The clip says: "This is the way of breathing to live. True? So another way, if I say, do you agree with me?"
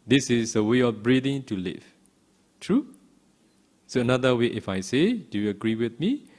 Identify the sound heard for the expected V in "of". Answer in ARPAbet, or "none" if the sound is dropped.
F